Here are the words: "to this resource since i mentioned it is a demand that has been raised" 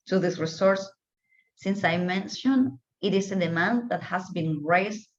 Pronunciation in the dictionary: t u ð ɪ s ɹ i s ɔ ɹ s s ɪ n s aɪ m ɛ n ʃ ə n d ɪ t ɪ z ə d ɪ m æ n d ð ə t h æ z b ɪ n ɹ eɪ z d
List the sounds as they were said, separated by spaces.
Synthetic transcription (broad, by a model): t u ð ɪ s ɹ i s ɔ ɹ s s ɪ n s aɪ m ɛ n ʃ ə n ɪ t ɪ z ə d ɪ m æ n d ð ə t h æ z b ɪ n ɹ eɪ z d